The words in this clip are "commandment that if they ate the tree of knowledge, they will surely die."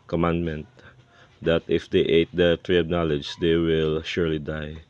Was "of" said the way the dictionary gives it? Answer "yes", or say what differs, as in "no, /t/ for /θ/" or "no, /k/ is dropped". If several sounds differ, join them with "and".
no, /b/ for /v/